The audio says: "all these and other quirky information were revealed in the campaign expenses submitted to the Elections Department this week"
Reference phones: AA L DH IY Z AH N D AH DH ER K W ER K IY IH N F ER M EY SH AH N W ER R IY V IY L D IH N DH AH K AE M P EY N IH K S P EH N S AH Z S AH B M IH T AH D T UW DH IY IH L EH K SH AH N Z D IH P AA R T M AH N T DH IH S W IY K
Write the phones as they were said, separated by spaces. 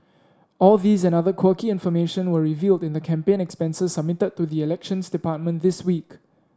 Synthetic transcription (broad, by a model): AA L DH IY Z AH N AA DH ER K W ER K IY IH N F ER M EY SH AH N W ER R IY V IY L D IH N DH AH K AE M P EY N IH K S P EH N S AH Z S AH B M IH T AH D T UW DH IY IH L EH K SH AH N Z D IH P AA T M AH N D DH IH S W IY K